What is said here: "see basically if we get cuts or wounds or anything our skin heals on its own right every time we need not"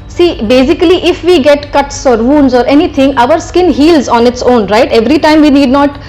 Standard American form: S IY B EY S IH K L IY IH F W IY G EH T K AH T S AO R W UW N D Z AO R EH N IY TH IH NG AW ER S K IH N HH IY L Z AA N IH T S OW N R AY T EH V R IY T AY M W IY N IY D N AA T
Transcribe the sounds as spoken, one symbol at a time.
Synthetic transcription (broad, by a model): S IY B EY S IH K L IY IH F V IY G EH T K AH T S AO R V UW N D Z AO R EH N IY T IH NG AW ER S K IH N HH IY L Z AA N IH T S OW N R AY T EH V R IY T AY M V IY N IY D N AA T